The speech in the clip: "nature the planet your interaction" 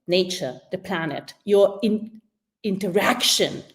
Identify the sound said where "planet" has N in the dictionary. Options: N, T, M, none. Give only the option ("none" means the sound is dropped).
N